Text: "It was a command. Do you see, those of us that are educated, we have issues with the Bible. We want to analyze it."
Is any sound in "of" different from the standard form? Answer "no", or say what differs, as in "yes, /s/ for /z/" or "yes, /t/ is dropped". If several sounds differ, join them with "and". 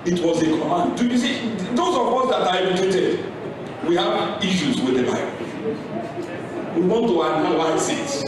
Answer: yes, /w/ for /v/